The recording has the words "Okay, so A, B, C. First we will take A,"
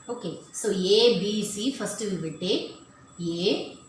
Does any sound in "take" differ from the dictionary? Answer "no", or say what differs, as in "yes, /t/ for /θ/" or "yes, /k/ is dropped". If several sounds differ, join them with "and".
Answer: yes, /k/ is dropped